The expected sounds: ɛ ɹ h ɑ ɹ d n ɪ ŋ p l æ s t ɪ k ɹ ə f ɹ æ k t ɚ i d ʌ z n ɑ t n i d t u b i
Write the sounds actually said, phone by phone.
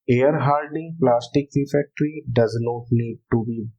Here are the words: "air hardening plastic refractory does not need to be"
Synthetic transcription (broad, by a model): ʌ ɹ h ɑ l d ɪ ŋ p l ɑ s t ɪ k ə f ɛ k t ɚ i d ʌ z n ɑ t n i d t u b i